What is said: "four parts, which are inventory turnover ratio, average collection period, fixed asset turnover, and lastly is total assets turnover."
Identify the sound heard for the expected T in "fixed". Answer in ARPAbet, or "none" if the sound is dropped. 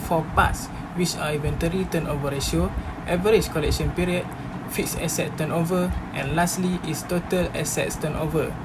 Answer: none